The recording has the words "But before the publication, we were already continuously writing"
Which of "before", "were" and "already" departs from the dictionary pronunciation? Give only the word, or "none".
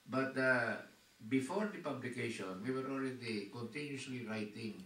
none